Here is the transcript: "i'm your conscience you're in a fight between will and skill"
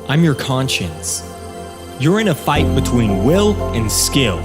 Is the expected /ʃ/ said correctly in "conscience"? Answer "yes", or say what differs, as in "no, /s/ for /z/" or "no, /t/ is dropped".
yes